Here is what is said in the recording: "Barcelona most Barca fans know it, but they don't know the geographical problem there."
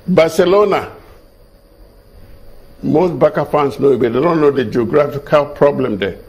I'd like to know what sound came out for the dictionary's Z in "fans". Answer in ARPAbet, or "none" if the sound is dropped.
S